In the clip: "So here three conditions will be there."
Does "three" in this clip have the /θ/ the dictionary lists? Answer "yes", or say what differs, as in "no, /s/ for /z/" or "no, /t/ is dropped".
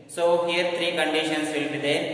no, /t/ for /θ/